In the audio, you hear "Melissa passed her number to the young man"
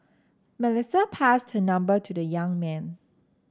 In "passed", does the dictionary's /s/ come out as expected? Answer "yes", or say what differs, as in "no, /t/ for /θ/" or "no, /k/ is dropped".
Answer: yes